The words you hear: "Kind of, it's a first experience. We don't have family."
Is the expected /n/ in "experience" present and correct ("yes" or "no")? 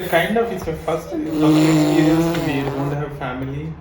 no